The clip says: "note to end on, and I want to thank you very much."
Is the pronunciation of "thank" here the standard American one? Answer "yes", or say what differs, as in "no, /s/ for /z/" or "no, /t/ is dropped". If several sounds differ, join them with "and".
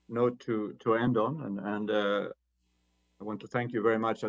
yes